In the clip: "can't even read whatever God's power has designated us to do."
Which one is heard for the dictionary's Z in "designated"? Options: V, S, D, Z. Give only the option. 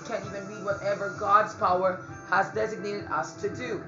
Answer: Z